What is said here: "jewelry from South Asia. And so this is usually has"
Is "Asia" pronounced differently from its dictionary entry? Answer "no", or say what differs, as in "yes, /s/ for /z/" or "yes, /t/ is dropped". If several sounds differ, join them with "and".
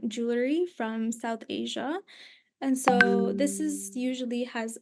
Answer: no